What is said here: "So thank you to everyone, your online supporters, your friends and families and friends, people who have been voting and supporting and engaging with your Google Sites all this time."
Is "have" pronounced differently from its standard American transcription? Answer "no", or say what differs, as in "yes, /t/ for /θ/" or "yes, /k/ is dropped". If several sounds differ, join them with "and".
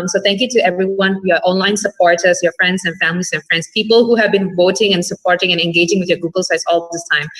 no